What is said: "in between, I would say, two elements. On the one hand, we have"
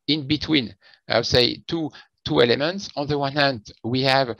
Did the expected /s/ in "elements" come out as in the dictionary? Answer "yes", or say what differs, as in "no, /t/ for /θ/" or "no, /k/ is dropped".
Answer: yes